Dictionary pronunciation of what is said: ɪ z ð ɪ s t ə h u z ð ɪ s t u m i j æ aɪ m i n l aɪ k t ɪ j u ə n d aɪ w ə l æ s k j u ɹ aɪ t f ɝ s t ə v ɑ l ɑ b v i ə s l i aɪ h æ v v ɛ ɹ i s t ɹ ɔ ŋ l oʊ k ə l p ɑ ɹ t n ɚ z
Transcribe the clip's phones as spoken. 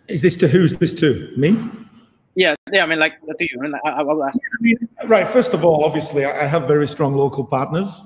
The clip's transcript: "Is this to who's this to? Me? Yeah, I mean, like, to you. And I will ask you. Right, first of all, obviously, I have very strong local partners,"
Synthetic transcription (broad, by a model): ɪ z ð ɪ s t ə h u z ð ɪ s t u m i j æ aɪ m i n l aɪ k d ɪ j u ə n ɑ aɪ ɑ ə w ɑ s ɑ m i ɹ aɪ t f ɝ s t ə v ɑ l ɑ b v i ə s l i aɪ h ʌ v v ɛ ɹ i s t ɹ ɔ ŋ l oʊ k ə l p ɑ ɹ t n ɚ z